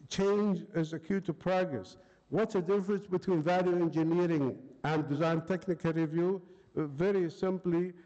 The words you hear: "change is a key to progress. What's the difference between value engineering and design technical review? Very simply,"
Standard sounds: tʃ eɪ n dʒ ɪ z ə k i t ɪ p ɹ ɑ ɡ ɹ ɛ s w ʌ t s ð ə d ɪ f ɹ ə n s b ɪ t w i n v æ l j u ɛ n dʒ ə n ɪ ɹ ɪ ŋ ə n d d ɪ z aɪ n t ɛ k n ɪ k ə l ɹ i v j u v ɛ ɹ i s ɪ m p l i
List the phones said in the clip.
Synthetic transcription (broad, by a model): tʃ eɪ n dʒ ɪ z ə k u t ɪ p ɹ ɑ ɡ ɹ ɛ s w ʌ t s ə d ɪ f ɹ ə n s b ɪ t w i n v æ l j u ɛ n dʒ ə n ɪ ɹ ɪ ŋ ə n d d ɪ z aɪ n t ɛ k n ɪ k ə l ɹ i v j u v ɛ ɹ i s ɪ m p l i